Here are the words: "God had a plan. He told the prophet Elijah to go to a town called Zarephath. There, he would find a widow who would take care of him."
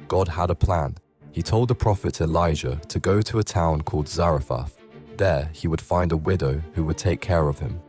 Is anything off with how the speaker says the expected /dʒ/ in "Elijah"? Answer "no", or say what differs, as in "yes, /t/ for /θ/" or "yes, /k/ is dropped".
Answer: yes, /ʒ/ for /dʒ/